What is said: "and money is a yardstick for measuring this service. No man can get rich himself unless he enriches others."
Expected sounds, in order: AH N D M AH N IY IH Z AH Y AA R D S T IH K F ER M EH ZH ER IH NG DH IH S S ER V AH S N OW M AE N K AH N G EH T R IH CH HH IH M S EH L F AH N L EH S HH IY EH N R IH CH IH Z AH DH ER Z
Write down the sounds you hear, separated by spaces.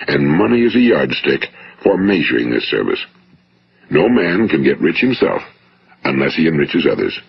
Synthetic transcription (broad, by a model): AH N M AH N IY IH Z AH Y AA R D S T IH K F ER M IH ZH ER IH NG DH IH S S ER V AH S N OW M AE N K AH N G EH T R IH CH HH IH M S EH L F AH N L EH S HH IY EH N R IH CH IH Z AH DH ER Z